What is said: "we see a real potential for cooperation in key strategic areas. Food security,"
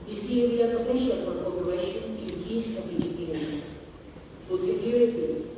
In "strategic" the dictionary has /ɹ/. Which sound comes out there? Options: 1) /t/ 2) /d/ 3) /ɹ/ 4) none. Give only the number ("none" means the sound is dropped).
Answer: 4